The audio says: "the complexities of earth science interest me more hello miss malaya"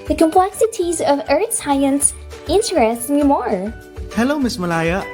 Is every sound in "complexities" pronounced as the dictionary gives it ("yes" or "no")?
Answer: yes